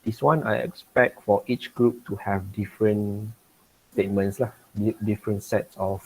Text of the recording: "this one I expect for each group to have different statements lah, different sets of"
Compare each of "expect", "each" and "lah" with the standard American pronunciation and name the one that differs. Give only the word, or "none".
none